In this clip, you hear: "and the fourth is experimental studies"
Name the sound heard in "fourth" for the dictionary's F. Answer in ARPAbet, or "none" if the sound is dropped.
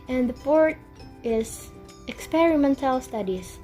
P